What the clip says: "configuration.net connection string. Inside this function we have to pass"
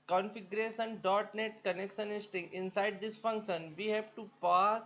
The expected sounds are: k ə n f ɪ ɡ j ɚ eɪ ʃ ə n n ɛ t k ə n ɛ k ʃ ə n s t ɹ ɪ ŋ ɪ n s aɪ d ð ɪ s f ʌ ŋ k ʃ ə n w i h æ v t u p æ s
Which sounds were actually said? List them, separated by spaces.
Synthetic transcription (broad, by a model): k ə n f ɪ ɡ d eɪ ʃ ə n n ɛ t k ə n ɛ k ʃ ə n s t ɪ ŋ ɪ n s aɪ d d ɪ s f ʌ ŋ k ʃ ə n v i h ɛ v t u p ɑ s